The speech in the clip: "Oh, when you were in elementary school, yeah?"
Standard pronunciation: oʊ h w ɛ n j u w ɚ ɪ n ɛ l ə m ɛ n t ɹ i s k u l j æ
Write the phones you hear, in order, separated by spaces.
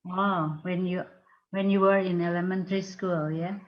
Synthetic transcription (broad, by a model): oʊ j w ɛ n j u w ɚ ɪ n ɛ l ə m ɛ n t ɹ i s k u l j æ